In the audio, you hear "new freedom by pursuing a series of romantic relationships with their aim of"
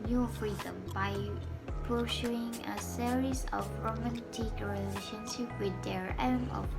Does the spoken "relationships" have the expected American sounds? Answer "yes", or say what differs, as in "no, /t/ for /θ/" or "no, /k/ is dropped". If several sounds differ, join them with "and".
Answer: no, /s/ is dropped